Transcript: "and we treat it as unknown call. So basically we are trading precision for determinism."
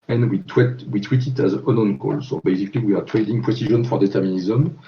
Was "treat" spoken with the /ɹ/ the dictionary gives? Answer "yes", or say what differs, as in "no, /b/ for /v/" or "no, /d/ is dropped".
no, /w/ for /ɹ/